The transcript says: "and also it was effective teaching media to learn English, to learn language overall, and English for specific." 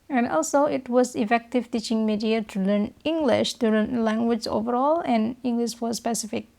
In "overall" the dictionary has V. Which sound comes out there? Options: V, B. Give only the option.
V